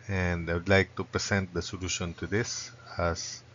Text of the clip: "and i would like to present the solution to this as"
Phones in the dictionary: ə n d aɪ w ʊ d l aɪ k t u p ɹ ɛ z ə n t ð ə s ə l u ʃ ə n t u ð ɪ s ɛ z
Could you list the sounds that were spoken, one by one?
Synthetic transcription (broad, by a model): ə n d aɪ w ʊ d l aɪ k t u p ɹ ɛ s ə n t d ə s ə l u ʃ ə n t u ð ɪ s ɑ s